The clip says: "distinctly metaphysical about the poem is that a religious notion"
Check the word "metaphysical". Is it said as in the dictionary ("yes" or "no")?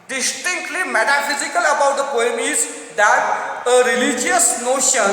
yes